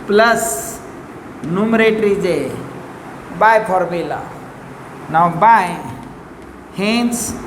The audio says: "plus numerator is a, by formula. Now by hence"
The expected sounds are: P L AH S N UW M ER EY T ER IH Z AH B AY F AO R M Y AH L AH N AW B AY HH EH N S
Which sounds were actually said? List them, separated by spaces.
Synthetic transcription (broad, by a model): P L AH S N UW M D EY T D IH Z AH B AY P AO R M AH L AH N AW B AY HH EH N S